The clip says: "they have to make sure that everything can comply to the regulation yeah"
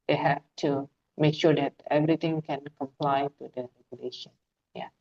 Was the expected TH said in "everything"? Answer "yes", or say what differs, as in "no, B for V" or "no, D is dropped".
no, T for TH